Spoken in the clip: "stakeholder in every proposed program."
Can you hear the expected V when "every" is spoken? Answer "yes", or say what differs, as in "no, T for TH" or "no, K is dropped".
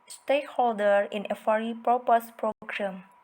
no, F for V